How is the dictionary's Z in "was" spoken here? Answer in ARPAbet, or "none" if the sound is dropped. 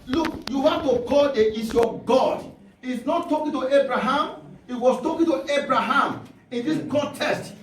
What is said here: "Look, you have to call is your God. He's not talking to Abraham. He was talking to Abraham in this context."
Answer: S